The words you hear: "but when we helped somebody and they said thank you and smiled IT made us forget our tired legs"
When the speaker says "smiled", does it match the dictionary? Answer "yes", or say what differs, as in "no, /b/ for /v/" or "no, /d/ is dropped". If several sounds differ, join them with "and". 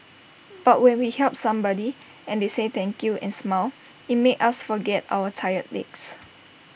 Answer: no, /d/ is dropped